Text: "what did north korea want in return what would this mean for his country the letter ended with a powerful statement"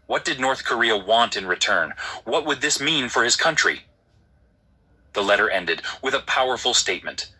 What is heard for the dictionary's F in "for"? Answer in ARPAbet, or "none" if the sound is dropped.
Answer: F